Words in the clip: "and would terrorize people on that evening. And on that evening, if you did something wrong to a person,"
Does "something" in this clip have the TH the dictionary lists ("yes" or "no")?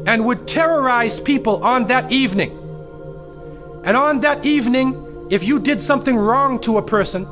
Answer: yes